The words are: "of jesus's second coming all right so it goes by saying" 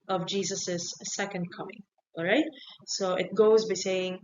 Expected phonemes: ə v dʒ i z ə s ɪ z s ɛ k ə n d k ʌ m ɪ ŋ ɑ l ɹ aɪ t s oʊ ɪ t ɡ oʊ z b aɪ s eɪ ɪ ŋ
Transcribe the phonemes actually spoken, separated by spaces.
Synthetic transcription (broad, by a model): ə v dʒ i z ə s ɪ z s ɛ k ə n d k ʌ m ɪ ŋ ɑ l ɹ aɪ t s oʊ ɪ t ɡ oʊ z b aɪ s eɪ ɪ ŋ